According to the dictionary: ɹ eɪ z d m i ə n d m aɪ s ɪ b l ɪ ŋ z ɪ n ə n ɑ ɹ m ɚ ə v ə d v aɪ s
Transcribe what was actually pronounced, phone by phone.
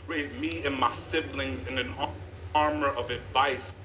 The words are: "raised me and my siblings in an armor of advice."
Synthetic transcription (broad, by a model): ɹ eɪ z m i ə n m aɪ s ɪ b l ɪ ŋ z ɪ n ə n ɑ ɹ m ɚ ə v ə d v aɪ s